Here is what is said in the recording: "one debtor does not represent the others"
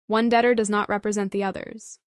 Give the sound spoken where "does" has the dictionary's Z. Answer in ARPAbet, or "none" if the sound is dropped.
Z